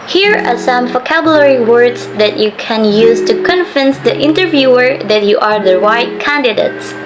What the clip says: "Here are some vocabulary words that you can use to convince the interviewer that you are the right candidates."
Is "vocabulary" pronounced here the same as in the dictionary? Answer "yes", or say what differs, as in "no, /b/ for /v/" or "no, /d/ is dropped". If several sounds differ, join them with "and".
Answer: yes